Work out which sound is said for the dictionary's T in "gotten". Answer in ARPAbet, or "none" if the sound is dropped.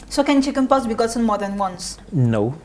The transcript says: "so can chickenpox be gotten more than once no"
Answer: S